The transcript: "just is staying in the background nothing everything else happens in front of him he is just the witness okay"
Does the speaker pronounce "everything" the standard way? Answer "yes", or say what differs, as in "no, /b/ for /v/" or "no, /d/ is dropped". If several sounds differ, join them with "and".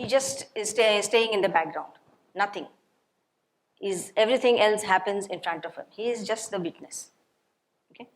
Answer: no, /t/ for /θ/